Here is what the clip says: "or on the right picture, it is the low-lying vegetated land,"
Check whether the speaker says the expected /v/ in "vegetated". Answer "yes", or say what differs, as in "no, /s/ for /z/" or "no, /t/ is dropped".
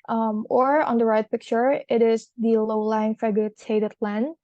no, /f/ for /v/